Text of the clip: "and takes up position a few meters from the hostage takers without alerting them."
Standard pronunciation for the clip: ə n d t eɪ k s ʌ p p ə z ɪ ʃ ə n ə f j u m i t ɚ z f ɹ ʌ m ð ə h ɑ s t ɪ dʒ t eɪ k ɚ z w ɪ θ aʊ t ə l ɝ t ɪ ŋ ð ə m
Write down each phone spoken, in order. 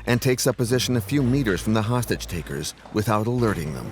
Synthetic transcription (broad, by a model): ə n t eɪ k s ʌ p p ə z ɪ ʃ ə n ə f j u m i t ɚ z f ɹ ʌ m ð ə h ɑ s t ɪ dʒ t eɪ k ɚ z w ɪ θ aʊ t ə l ɝ t ɪ ŋ ð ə m